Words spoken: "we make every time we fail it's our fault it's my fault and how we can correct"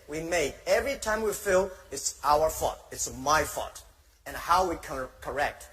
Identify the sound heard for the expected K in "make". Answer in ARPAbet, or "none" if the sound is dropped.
none